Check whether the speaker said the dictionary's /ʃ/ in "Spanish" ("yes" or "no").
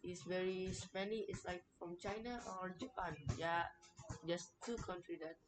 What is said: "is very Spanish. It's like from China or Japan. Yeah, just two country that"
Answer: no